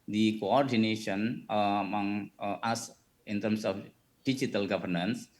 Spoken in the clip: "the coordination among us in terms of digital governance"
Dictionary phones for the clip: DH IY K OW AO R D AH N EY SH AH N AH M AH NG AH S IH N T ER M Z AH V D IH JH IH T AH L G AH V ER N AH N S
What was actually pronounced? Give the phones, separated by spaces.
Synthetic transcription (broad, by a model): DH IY K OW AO R D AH N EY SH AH N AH M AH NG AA S IH N T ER M S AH F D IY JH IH T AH L G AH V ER N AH N S